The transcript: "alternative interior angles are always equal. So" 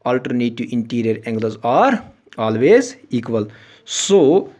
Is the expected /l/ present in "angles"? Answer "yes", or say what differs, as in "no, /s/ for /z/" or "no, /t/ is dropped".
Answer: no, /l/ is dropped